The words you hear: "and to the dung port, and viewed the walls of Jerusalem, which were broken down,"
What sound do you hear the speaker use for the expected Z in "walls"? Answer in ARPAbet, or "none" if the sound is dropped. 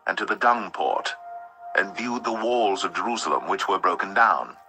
Z